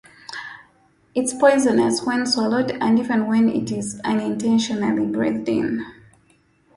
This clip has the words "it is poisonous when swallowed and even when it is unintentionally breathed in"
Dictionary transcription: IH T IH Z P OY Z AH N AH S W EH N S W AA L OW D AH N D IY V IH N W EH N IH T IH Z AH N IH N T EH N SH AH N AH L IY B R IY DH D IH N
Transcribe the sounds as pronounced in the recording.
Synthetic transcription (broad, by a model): IH T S P OY Z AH N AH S W EH N S W AA L OW D AH N D IY V IH N W EH N IH T IH Z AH N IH N T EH N SH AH N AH L IY B R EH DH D IH N